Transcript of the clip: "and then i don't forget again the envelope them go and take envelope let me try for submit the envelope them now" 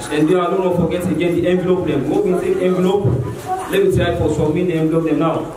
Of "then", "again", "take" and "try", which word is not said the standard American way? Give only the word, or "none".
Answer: then